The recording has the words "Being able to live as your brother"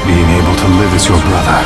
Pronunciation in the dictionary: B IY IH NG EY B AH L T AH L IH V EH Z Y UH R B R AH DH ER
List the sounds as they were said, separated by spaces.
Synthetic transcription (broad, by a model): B IY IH NG EY B AH L T AH L IH V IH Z Y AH R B R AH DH ER